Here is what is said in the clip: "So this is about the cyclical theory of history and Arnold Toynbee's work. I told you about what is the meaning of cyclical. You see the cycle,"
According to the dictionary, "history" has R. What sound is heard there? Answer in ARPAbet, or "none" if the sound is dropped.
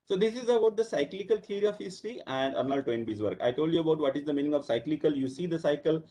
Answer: none